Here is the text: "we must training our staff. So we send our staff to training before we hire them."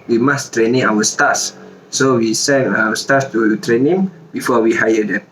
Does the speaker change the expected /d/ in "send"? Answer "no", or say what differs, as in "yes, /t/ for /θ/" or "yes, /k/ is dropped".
yes, /d/ is dropped